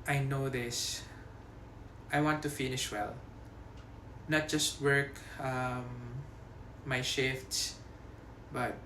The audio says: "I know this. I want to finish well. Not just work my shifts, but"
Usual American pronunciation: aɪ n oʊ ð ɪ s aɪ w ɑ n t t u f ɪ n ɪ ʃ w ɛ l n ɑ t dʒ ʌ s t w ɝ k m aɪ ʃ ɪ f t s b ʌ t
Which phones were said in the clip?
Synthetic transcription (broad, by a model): aɪ n oʊ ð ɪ s aɪ w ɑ n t t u f ɪ n ɪ ʃ w ɛ l n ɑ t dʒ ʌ s t w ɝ k m aɪ ʃ ɪ f t s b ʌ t